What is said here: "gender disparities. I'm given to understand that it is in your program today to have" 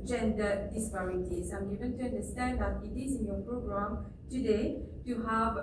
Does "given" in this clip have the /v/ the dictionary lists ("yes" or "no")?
no